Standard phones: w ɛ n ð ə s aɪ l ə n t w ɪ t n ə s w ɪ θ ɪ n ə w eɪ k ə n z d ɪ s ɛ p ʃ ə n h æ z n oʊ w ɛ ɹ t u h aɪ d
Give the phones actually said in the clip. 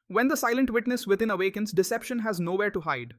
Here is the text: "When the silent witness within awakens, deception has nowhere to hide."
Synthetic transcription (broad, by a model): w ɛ n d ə s aɪ l ə n t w ɪ t n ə s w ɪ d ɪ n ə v eɪ k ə n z d ɪ s ɛ p ʃ ə n h æ z n oʊ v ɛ ɹ t u h aɪ d